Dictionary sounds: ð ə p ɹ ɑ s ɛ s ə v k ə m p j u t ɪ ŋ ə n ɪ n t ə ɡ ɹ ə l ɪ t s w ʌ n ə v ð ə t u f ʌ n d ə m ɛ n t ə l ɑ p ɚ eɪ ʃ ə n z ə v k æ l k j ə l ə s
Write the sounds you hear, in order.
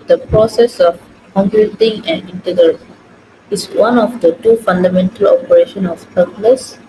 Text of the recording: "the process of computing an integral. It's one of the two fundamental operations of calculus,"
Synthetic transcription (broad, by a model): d ə p ɹ ɑ s ɛ s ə f k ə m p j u t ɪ ŋ ə n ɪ n t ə ɡ ɹ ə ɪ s w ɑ n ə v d ə t u f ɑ n d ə m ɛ n t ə l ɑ p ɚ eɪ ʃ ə n ə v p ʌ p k l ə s